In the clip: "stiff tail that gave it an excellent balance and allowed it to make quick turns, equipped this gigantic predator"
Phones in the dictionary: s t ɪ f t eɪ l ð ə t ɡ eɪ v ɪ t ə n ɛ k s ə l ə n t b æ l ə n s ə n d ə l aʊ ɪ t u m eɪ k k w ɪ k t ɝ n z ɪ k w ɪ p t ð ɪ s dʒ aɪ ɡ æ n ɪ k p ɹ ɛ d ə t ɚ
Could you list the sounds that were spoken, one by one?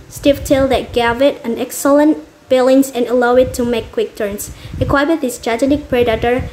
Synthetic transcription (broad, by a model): s t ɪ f t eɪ l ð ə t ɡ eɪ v ɪ t ə n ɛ k s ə l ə n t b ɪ l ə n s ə n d ə l aʊ ɪ t u m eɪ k k w ɪ k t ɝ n s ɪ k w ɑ b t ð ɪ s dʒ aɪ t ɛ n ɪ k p ɹ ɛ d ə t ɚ